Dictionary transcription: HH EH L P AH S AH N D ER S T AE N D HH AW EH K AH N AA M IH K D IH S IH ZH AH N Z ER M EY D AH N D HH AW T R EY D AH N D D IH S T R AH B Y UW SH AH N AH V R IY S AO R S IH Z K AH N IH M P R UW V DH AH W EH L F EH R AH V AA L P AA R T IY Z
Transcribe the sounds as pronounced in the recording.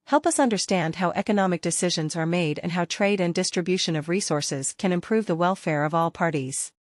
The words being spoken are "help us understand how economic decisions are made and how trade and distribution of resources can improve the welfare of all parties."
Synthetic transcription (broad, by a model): HH EH L P AH S AH N D ER S T AE N D HH AW EH K AH N AA M IH K D IH S IH ZH AH N Z ER M EY D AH N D HH AW T R EY D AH N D D IH S T R AH B Y UW SH AH N AH V R IY S AO R S IH Z K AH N IH M P R UW V DH AH W EH L F EH R AH V AA L P AA R T IY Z